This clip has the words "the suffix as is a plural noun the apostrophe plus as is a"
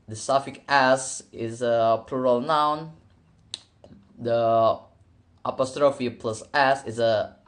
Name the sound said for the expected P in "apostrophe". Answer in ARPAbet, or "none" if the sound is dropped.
P